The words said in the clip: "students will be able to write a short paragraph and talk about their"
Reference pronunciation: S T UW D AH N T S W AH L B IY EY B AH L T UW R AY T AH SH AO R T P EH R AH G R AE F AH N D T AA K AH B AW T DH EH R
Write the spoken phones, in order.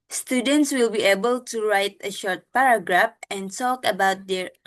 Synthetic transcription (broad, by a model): S T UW D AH N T S W AH L B IY EY B AH L T UW R AY T AH SH AO R T P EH R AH G R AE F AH N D T AA K AH B AW T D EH R